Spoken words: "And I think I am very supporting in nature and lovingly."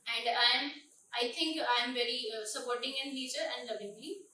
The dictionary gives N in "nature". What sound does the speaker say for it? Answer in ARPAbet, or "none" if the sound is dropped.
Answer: L